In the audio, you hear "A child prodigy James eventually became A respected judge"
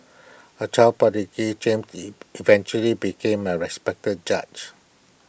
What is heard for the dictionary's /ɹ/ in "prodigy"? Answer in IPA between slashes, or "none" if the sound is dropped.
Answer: none